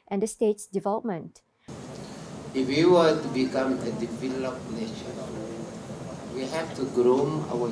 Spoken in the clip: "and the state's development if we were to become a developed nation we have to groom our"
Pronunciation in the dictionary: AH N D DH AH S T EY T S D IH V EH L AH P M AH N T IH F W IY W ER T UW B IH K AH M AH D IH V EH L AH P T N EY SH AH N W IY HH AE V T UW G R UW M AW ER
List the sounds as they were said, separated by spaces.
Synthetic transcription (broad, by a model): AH N D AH S T EY T S D IH V EH L AH P M AH N T IH F W IY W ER T UW B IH K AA M AH D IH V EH L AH P N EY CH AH W IY HH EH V T UW G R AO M AW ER